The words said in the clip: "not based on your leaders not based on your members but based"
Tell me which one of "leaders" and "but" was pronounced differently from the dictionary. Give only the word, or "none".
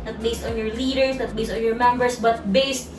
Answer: leaders